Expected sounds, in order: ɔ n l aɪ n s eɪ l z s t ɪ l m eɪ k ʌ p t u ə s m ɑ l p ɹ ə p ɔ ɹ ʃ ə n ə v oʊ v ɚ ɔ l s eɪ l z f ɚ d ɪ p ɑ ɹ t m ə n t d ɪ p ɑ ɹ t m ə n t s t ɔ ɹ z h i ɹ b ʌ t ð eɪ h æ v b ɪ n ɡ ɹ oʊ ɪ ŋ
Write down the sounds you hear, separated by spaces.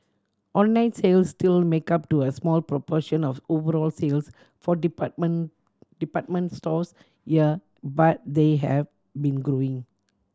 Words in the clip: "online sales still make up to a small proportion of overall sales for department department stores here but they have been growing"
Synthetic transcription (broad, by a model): ɔ n l aɪ n s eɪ l s t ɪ l m eɪ k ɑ p t u ə s m ɑ l p ɹ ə p ɔ ʃ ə n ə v oʊ v ɚ ɔ l s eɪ l s f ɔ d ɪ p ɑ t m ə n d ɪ p ɑ t m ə n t s t ɔ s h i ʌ b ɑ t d eɪ h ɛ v b ɪ n ɡ ɹ oʊ ɪ ŋ